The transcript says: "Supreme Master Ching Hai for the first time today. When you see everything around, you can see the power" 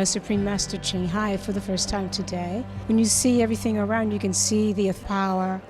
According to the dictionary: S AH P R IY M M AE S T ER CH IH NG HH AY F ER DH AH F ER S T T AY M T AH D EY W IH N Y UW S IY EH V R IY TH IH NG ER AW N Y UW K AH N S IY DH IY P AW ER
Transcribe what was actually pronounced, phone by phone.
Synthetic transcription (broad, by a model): S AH P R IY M M AE S T ER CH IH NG HH AY F ER DH AH F ER S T T AY M T AH D EY W IH N Y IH S IY EH V R IY TH IH NG ER AW N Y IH K AH N S IY DH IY P AW ER